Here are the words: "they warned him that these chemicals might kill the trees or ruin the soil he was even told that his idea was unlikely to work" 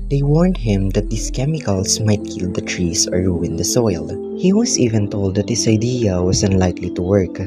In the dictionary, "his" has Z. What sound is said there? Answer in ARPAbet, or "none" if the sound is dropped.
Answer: S